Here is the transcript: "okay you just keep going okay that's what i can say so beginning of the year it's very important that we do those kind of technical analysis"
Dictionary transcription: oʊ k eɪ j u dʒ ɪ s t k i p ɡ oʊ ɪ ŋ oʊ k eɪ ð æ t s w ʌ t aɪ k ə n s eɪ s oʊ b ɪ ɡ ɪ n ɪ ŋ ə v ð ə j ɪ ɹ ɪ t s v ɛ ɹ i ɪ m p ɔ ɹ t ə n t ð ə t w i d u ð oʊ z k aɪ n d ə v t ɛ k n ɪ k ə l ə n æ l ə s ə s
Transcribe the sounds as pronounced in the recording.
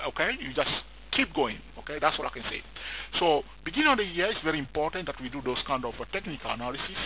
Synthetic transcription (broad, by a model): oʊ k eɪ j u dʒ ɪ s k i p ɡ oʊ ɪ ŋ oʊ k eɪ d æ t s w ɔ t aɪ k ə n s eɪ s oʊ b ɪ ɡ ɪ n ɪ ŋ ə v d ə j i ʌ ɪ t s v ɛ ɹ i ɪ m p ɔ t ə n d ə t w i d u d oʊ s k aɪ n d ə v t ɛ k n ɪ k ə l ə n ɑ l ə s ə s